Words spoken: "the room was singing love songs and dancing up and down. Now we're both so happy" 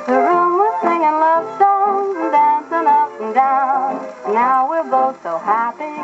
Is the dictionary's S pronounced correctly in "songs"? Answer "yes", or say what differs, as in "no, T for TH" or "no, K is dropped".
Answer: no, SH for S